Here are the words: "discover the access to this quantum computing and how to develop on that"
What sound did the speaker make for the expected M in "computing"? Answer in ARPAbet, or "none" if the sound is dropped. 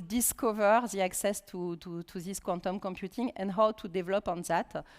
M